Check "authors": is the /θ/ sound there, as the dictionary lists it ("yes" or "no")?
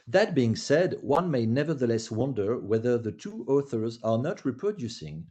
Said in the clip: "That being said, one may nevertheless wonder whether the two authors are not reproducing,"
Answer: yes